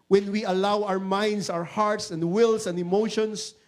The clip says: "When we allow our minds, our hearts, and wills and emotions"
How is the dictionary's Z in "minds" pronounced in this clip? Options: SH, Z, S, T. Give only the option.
S